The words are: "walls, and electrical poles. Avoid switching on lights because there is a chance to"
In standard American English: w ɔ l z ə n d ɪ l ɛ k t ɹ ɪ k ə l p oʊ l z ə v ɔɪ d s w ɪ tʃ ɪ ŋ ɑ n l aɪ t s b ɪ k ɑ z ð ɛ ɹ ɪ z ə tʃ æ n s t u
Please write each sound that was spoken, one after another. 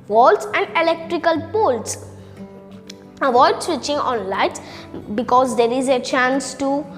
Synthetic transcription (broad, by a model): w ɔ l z ə n d ɪ l ɛ k t ɹ ɪ k ə l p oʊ l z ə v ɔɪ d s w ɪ tʃ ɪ ŋ ɑ n l aɪ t b ɪ k ɑ z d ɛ ɹ ɪ z ə tʃ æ n s t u